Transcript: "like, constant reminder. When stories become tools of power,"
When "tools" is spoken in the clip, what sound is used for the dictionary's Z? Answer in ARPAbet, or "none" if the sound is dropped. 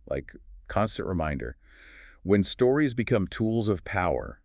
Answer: Z